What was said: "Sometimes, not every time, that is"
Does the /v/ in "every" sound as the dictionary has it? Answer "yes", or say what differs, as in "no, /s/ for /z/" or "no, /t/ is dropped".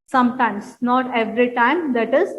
yes